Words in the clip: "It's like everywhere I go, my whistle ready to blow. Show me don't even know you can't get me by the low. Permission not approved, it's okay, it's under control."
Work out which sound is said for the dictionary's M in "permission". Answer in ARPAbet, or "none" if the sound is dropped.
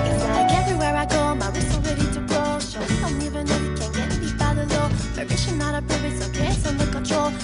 none